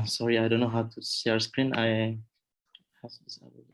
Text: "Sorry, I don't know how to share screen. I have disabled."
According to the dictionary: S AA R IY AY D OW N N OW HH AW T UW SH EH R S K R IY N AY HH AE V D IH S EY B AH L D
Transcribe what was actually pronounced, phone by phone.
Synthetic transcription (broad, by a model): S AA R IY AY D OW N N OW HH AW T UW S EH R S K R IY N AY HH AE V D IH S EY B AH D